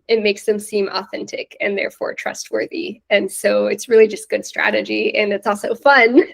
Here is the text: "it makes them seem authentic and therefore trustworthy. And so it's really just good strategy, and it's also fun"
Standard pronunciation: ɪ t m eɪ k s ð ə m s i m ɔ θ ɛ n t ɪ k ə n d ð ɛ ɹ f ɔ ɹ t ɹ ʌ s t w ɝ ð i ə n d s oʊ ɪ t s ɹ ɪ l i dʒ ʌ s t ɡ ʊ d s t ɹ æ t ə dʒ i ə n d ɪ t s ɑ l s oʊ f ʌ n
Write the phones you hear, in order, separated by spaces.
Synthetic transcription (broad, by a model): ɪ t m eɪ k s ð ə m s i m ɔ θ ɛ n t ɪ k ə n ð ɛ ɹ f ɔ ɹ t ɹ ʌ s t w ɝ ð i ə n s oʊ ɪ t s ɹ ɪ l i dʒ ʌ s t ɡ ʊ d s t ɹ æ t ə dʒ i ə n ɪ t s ɑ l s oʊ f ʌ n